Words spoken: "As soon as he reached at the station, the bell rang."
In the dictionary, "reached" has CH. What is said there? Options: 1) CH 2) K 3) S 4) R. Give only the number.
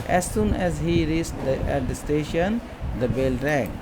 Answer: 3